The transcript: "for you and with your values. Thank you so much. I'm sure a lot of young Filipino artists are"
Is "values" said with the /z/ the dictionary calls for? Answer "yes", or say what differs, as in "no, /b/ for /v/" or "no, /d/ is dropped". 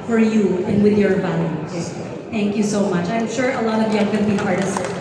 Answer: no, /z/ is dropped